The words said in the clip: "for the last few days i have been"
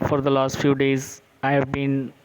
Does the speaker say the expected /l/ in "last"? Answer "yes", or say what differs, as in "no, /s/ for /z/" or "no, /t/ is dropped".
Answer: yes